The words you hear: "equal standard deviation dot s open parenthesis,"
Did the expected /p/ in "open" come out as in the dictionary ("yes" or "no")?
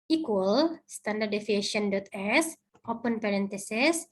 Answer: yes